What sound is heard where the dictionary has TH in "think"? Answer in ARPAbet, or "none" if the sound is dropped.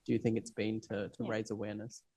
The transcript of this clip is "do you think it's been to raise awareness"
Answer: TH